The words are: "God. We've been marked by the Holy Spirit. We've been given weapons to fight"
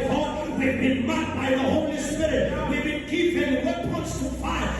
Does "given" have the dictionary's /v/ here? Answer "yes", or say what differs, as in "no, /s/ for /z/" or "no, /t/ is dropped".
no, /p/ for /v/